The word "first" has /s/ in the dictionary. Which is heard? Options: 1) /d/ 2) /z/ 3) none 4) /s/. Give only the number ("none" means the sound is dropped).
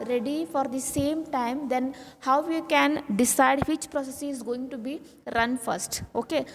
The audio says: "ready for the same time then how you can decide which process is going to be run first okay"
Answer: 4